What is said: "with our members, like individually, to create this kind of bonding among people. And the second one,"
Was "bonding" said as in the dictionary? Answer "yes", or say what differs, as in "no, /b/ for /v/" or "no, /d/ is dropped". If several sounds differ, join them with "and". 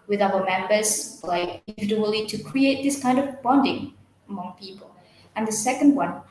yes